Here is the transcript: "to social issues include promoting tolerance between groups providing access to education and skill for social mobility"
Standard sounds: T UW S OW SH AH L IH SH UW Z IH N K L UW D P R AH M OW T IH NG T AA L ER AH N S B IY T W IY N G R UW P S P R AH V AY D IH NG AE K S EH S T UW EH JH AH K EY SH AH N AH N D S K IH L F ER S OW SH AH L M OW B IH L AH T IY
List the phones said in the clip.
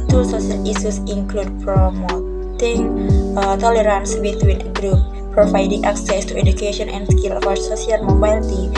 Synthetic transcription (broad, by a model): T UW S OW S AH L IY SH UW S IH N K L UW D P R AH M OW T IH NG T AA L ER AH N S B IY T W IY N G R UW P P R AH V AY D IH NG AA K S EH S T UW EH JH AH K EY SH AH N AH N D S K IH L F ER S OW S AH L M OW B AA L T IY